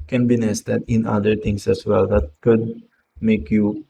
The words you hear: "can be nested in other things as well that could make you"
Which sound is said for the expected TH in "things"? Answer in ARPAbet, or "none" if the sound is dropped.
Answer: T